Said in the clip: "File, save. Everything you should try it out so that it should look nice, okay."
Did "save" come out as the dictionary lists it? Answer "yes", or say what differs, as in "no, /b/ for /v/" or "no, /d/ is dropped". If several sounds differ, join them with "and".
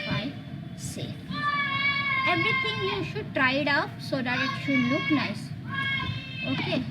no, /f/ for /v/